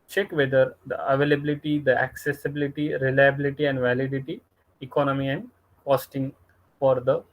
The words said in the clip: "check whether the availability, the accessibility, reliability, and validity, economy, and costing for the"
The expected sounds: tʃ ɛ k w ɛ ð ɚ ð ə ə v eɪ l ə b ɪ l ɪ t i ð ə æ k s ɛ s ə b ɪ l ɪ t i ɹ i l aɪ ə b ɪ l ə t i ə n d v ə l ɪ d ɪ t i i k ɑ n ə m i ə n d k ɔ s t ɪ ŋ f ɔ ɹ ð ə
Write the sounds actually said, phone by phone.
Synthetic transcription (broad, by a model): tʃ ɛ k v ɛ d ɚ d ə ə v eɪ l ə b ɪ l ɪ t i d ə æ k s ɛ s ə b ɪ l ɪ t i ɹ i l aɪ ə b ɪ l ə t i ə n d v ə l ɪ d ɪ t i i k ɑ n ə m i ə n d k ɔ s t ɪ ŋ f ɔ ɹ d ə